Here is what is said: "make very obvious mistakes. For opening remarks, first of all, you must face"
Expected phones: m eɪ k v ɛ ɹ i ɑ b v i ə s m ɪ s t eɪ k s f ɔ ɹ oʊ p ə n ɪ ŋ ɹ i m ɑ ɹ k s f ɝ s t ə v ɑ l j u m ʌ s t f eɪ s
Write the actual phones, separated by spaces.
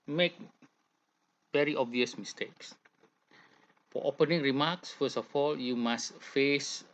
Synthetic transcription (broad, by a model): m eɪ k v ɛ ɹ i ɑ b v i ə s m ɪ s t eɪ k s f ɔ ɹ oʊ p ə n ɪ ŋ ɹ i m ɑ k s f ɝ s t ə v ɑ l j u m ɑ s t f eɪ s